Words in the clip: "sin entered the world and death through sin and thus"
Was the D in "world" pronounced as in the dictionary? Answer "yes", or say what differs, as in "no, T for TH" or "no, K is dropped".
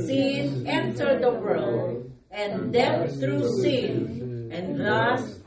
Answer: no, D is dropped